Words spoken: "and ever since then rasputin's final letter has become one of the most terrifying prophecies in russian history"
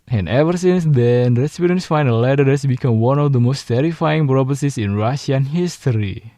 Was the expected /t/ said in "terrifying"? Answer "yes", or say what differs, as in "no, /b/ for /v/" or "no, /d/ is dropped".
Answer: yes